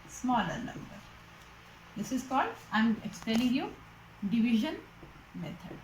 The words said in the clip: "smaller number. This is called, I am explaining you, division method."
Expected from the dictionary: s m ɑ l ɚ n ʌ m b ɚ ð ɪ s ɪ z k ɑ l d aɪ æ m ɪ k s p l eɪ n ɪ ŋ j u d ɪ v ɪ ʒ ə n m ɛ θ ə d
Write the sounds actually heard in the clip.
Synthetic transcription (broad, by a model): s m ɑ l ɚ n ʌ m b ɚ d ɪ s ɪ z k ɑ l d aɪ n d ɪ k s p eɪ l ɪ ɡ j u d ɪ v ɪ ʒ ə n m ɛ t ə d